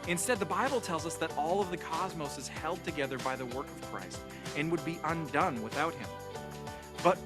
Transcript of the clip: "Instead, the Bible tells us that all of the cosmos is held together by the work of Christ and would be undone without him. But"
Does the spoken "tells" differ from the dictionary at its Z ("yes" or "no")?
no